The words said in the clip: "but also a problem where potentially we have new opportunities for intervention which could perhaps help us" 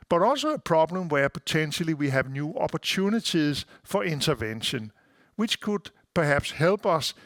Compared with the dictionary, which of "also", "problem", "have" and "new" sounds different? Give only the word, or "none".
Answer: none